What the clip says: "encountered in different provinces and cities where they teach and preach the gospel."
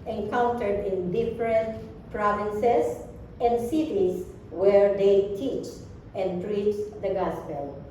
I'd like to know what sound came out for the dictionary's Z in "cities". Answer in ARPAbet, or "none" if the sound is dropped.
S